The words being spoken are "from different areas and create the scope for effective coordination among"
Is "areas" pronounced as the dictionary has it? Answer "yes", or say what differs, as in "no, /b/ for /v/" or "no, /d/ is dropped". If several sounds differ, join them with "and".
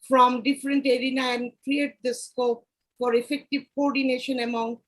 no, /z/ is dropped